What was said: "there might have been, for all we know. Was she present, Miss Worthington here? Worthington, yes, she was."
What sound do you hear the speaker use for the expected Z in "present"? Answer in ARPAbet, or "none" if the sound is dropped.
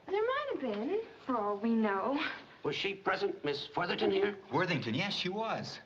Z